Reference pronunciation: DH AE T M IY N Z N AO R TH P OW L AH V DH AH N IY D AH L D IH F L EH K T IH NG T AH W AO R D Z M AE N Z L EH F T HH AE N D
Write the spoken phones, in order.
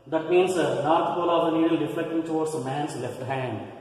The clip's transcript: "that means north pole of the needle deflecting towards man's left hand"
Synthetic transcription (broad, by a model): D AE T M IY N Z N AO R T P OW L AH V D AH N IY D AH L D IH F L EH K T IH NG T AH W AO R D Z M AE N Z L EH F T HH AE N D